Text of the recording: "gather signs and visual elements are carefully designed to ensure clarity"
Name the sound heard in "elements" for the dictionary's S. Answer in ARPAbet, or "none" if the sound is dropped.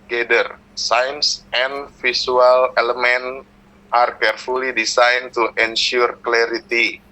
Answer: none